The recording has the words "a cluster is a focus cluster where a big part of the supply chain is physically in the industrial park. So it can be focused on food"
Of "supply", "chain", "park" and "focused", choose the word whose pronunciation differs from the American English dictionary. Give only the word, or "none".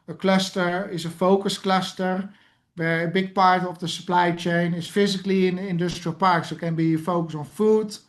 focused